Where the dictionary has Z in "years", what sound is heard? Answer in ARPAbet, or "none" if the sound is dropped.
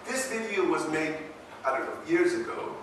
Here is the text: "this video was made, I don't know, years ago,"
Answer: Z